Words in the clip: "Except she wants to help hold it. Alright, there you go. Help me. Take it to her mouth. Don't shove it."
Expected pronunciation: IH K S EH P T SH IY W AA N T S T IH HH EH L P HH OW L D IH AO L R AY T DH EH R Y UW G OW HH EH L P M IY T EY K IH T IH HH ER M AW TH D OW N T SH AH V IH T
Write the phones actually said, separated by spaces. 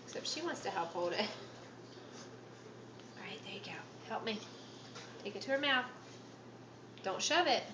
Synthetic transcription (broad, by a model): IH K S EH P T SH IY W AA N T S T IH HH EH L P HH OW L D IH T R AY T DH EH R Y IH G OW HH EH L P M IY T EY K IH T IH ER M AW TH D OW N T SH AH V IH T